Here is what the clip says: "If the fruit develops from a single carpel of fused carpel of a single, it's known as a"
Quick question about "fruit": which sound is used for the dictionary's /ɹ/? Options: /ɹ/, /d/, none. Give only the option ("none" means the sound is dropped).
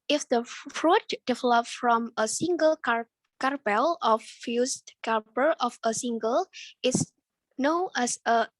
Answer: /ɹ/